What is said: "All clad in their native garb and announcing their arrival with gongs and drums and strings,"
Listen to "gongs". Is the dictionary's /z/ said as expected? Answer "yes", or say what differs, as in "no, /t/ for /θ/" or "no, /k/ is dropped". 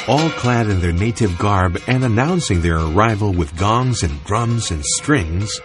yes